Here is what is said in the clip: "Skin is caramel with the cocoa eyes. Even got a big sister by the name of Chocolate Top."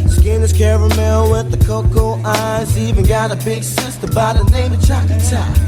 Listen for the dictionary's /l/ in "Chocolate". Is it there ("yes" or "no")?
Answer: no